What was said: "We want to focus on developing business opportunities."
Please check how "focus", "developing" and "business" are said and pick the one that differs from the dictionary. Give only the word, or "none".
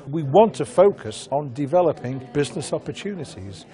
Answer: none